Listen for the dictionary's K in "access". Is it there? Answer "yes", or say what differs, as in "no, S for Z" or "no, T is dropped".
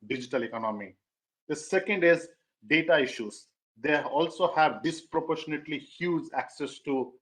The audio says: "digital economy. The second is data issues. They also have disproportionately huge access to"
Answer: yes